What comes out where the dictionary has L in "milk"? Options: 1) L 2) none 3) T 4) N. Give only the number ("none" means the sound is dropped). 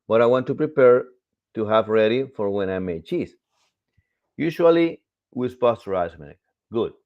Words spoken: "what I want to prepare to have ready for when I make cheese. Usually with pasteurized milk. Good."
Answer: 2